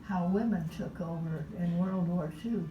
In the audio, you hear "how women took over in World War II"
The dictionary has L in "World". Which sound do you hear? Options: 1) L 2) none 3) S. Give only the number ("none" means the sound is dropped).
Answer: 1